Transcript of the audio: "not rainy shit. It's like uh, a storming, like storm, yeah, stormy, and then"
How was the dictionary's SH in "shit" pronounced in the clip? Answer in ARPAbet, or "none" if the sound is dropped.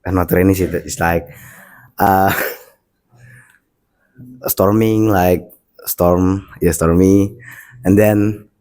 S